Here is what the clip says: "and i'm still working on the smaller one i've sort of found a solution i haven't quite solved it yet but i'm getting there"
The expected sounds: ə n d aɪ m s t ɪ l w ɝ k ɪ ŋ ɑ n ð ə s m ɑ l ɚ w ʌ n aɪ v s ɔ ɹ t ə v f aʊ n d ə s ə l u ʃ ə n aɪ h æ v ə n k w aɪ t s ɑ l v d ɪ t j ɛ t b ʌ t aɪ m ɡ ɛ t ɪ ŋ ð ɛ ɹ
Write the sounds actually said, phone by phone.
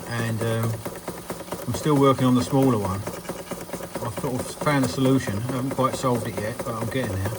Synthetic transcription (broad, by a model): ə n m aɪ m s t ɪ l w ɝ k ɪ ŋ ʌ n ð ə s m ɑ l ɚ w ʌ n aɪ v θ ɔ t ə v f aʊ n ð ə s ə l u ʃ ə n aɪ h æ v ə n k w aɪ t s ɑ l v d ɪ t j ɛ t b ʌ t aɪ m ɡ ɛ t ɪ ŋ ð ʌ ɹ